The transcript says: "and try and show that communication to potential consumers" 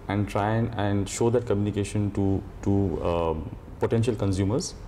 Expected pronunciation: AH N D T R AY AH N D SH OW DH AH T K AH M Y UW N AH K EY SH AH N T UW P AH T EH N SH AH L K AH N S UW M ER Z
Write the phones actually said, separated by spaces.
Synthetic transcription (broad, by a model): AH N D T R AY AH N D SH OW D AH T K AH M Y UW N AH K EY SH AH N T UW P AH T EH N SH AH L K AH N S UW M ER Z